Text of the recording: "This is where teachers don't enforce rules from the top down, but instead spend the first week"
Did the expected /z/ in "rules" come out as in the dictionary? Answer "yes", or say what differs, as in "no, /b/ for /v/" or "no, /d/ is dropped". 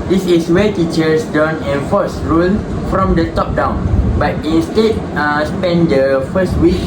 no, /z/ is dropped